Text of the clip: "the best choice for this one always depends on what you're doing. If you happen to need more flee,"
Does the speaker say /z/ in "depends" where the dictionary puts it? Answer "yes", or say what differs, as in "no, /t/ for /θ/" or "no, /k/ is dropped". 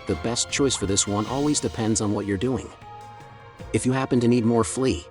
yes